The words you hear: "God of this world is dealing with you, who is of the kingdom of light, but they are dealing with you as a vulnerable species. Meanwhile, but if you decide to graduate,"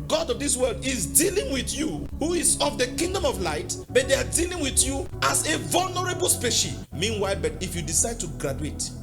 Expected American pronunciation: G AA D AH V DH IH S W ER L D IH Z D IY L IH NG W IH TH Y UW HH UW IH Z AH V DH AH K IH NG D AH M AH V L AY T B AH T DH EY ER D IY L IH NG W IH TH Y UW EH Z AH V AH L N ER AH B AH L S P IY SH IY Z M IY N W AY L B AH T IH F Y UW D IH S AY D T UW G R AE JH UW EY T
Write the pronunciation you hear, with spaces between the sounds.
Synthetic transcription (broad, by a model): G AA D AH V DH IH S W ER L D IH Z D IY L IH NG W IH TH Y UW HH UW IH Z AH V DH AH K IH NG D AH M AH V L AY T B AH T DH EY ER D IY L IH NG W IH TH Y UW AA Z AH V AH L N ER AH B AH L S P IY SH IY M IY N W AY L B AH T IH F Y UW D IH S AY D T UW G R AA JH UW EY T